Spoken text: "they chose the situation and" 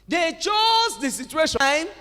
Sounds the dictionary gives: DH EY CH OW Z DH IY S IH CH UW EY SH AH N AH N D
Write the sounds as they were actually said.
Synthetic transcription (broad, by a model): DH EY CH OW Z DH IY S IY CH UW EY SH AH AH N